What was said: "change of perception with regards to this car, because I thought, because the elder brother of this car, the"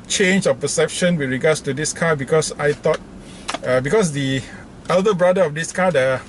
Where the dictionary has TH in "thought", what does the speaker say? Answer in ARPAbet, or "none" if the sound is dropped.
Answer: T